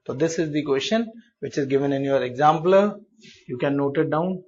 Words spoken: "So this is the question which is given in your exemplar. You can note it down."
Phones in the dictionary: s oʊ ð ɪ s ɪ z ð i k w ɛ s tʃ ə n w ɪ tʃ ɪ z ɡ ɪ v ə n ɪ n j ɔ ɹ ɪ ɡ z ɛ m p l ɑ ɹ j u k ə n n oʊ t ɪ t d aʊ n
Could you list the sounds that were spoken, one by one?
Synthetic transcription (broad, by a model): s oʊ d ɪ s ɪ z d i k w ɛ s tʃ ə n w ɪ tʃ ɪ z ɡ ɪ v ə n ɪ n j ɔ ɹ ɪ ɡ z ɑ m p ɑ l j u k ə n n oʊ t ɪ t d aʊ n